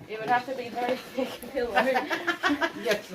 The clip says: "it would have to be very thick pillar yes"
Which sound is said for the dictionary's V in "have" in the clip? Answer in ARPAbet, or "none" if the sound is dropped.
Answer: F